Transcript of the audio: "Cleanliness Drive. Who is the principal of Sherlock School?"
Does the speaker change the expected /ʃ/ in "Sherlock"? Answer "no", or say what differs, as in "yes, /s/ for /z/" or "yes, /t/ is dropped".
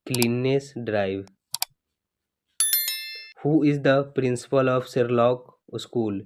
yes, /s/ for /ʃ/